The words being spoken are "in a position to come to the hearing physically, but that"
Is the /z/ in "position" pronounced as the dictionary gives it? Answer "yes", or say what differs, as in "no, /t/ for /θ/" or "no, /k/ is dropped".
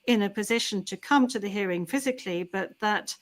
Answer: yes